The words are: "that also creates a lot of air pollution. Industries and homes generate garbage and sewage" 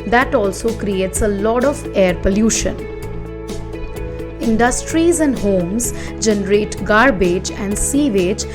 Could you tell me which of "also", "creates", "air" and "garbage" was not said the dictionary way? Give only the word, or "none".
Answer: none